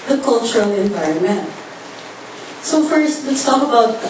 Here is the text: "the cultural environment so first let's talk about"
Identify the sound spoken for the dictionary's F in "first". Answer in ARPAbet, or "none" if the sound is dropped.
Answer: F